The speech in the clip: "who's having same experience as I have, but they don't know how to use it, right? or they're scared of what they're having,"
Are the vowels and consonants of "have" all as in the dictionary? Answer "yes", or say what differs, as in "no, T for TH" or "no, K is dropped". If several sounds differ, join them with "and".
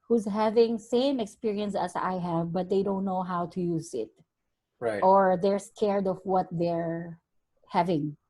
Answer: yes